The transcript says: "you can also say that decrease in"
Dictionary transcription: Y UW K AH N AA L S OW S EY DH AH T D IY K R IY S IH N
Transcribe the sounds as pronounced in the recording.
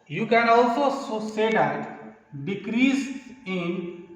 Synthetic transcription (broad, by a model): Y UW K AH N AA L S OW S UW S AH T D IY K R IY S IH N